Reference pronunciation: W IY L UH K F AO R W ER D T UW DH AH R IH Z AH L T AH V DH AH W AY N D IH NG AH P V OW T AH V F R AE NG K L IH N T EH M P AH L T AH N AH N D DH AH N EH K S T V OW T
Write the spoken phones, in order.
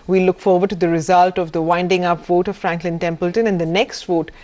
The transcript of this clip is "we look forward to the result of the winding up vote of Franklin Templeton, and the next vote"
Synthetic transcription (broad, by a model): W IY L UH K F AO R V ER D T UW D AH R IH Z AH L T AH V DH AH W AY N D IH NG AH P V OW T AH V F R AE NG K L IH N T EH M P AH L T AH N AH N D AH N EH K S T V OW T